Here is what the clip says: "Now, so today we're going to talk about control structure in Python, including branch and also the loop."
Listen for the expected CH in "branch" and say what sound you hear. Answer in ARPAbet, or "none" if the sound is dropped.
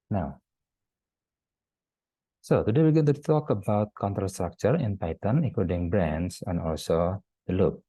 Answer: S